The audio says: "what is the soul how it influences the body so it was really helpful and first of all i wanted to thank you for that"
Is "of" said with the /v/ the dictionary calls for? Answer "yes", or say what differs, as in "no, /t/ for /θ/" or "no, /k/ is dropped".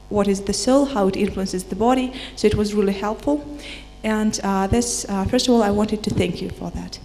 yes